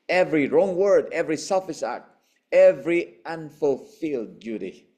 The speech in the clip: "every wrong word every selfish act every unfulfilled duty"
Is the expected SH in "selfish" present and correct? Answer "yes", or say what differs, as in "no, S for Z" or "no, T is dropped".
no, S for SH